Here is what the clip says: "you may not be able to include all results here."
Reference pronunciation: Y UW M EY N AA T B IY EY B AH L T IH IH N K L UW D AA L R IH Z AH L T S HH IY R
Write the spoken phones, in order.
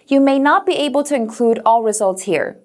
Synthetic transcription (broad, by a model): Y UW M EY N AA T B IY EY B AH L T IH IH N K L UW D AA L R IH Z AH L T S HH IY R